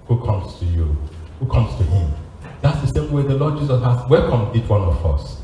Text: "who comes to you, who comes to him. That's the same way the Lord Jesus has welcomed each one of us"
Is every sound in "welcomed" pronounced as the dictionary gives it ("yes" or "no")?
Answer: no